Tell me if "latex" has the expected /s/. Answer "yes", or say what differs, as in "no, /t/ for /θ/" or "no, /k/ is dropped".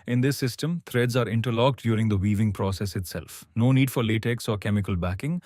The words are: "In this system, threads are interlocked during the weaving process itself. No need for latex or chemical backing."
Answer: yes